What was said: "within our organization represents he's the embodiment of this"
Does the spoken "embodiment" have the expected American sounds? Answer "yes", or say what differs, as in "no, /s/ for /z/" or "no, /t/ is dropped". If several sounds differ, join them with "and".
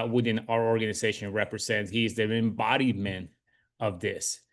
no, /t/ is dropped